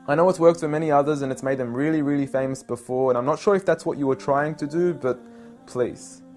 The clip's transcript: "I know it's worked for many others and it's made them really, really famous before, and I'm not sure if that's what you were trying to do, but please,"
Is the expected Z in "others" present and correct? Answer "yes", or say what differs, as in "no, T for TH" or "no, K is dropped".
yes